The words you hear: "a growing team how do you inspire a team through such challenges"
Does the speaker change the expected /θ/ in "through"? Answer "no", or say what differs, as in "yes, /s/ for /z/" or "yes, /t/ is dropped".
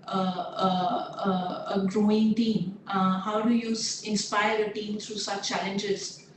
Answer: yes, /t/ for /θ/